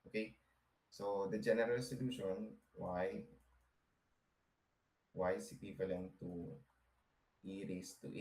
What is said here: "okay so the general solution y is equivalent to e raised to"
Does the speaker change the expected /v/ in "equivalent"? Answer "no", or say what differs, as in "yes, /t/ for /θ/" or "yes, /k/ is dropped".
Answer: yes, /p/ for /v/